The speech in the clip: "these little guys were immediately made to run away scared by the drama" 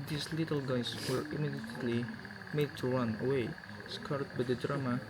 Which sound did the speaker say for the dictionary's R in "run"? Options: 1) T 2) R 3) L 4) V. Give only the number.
3